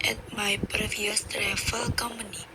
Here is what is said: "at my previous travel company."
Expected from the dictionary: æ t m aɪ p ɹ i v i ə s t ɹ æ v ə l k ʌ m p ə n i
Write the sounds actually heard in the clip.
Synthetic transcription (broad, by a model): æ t m aɪ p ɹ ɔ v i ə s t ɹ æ f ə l k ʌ m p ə n i